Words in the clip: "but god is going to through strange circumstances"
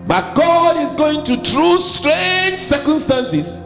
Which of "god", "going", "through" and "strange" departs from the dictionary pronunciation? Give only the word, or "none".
through